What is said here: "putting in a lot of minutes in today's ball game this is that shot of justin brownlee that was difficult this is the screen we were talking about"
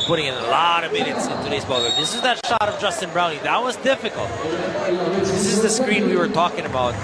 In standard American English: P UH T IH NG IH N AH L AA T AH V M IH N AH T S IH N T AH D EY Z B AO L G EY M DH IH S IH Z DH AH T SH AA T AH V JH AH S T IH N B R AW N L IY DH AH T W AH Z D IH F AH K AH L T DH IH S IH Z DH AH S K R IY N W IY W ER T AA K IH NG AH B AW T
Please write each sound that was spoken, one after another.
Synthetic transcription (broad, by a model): P UH T IH NG IH N AH L AA T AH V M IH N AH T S IH N T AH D EY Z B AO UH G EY DH IH S IH Z DH AH T SH AA T AH V JH AH S T IH N B R AW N IY DH AH T W AH Z D IH F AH K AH L T DH IH S IH Z DH AH S K R IY N W IY W ER T AA K IH NG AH B AW T